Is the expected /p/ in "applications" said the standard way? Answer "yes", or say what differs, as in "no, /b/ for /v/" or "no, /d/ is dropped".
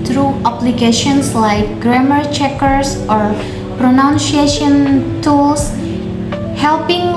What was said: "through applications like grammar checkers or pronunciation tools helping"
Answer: no, /b/ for /p/